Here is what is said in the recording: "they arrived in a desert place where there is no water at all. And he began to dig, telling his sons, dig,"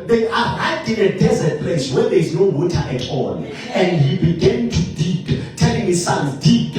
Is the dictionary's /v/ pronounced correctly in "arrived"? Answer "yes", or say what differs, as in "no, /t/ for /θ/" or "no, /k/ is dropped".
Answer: no, /v/ is dropped